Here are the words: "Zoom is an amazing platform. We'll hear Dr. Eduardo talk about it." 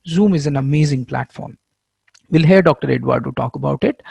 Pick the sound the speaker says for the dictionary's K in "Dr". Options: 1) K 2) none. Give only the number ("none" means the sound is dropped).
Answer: 1